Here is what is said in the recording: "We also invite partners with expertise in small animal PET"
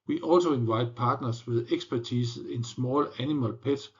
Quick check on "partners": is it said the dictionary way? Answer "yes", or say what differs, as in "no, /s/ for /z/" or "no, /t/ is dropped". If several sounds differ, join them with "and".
no, /s/ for /z/